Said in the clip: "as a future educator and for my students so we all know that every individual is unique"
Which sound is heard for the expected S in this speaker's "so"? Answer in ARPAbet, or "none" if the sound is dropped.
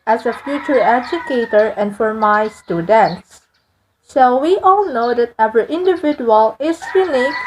SH